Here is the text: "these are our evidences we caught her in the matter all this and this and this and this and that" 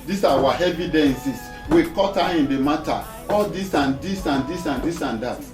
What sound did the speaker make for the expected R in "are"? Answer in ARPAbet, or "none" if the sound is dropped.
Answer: W